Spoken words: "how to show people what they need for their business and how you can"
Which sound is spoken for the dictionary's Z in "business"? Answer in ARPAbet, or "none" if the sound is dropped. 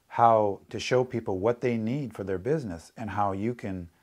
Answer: Z